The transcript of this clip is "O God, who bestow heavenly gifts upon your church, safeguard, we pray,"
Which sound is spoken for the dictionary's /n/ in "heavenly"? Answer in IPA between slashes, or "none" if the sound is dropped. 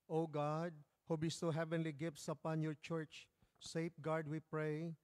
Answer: /n/